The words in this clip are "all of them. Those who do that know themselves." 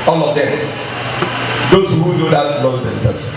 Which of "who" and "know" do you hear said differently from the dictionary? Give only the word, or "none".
know